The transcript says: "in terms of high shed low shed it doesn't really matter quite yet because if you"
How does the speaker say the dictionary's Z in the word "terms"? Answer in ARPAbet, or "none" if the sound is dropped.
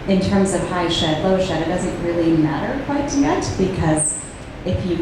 Z